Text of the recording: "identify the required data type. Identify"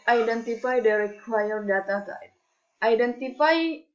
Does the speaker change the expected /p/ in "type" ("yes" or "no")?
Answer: yes